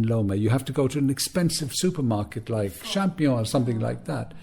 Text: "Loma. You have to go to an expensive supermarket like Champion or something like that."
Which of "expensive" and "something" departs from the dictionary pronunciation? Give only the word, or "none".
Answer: none